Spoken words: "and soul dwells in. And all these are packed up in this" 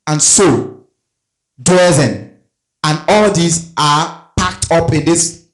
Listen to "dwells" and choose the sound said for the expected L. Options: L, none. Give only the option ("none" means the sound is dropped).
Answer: none